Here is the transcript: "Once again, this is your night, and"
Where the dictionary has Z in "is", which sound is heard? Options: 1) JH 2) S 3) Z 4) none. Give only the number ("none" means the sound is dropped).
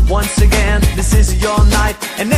3